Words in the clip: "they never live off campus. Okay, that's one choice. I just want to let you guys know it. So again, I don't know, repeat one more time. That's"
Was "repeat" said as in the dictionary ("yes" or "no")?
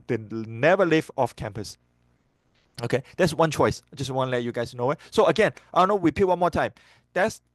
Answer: no